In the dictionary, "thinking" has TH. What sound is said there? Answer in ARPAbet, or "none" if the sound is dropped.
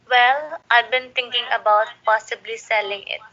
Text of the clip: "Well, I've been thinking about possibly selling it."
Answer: T